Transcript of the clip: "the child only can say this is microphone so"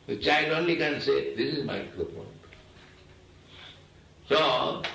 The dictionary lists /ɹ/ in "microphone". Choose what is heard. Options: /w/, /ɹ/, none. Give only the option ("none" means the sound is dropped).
none